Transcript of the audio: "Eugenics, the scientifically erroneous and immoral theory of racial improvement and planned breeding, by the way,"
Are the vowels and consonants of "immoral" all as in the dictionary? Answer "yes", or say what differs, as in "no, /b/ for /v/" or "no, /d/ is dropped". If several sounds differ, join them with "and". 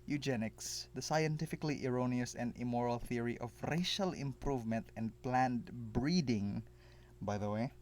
yes